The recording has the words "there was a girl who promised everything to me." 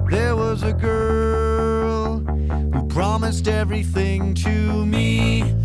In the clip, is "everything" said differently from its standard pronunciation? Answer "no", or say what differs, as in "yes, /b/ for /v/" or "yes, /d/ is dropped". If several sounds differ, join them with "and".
no